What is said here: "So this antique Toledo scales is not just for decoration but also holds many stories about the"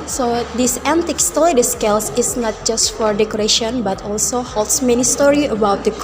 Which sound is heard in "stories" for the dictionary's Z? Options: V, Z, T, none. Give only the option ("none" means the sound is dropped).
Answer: none